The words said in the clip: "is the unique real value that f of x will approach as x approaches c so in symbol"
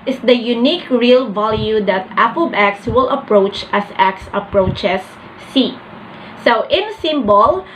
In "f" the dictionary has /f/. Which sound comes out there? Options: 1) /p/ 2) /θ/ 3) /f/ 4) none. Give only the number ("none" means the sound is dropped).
1